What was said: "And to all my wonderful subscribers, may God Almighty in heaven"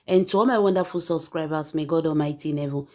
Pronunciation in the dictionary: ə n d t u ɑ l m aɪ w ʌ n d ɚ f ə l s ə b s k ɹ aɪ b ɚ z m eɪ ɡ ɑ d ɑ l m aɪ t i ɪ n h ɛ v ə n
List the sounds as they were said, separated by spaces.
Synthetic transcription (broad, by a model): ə n t u ɑ l m aɪ w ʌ n d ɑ f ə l s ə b s k ɹ aɪ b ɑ s m eɪ ɡ ɑ d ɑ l m aɪ t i n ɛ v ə